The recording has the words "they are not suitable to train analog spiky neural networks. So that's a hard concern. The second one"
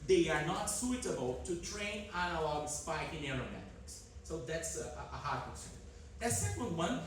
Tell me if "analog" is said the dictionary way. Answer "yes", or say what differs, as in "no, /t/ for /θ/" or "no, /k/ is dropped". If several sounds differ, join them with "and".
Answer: yes